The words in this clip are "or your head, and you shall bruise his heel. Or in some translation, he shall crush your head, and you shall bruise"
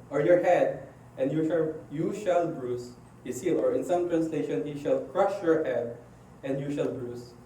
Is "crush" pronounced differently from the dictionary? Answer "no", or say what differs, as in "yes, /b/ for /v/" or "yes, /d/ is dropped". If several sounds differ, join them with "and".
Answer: no